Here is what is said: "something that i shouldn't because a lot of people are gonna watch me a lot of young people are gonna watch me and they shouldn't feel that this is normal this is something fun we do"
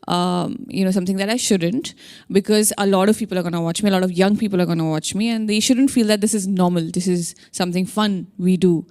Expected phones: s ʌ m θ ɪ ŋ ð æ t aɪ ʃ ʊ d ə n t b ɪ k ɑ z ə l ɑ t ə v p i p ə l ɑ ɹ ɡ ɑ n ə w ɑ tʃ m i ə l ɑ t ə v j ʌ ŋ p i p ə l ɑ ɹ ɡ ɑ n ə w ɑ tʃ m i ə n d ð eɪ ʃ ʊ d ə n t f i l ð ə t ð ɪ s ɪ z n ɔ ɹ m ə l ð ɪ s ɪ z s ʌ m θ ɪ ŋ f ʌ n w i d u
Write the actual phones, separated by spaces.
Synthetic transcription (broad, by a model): s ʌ m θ ɪ ŋ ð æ t aɪ ʃ ʊ d ə n t b ɪ k ɑ z ə l ɑ t ə v p i p ə l ɑ ɹ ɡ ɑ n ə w ɑ tʃ m i ə l ɑ t ə v j ʌ ŋ p i p ə l ɑ ɹ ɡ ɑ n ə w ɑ tʃ m i ə n d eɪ ʃ ʊ d ə n t f i l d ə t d ɪ s ɪ z n ɔ ɹ m ə l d ɪ s ɪ z s ʌ m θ ɪ ŋ f ʌ n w i d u